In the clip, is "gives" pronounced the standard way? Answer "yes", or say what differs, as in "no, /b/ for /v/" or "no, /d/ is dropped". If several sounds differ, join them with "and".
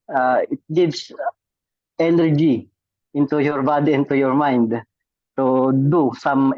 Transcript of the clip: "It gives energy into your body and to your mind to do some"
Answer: no, /s/ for /z/